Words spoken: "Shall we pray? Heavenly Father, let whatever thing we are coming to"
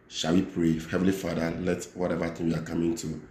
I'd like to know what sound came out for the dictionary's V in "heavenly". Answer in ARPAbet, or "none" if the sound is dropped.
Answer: V